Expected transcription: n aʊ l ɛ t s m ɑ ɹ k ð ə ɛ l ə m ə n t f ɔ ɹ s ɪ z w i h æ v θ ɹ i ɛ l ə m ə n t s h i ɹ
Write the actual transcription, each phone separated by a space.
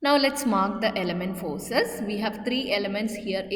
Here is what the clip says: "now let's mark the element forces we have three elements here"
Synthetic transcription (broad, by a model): n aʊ l ɛ t s m ɑ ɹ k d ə ɛ l ə m ə n t f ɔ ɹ s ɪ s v i h æ v t ɹ i ɛ l ə m ə n t s h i ɹ